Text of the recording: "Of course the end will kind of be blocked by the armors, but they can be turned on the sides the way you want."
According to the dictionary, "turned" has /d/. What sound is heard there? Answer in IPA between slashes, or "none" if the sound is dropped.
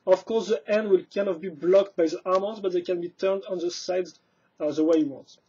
/d/